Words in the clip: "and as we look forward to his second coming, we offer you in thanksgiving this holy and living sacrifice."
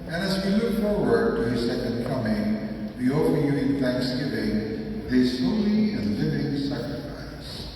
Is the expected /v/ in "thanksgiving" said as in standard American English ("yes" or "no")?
yes